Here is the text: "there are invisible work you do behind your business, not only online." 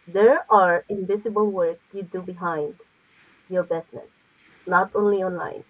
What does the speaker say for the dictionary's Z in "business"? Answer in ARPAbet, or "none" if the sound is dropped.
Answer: S